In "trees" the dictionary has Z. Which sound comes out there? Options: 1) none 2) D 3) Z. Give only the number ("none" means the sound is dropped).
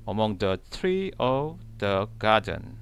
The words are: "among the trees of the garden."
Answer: 1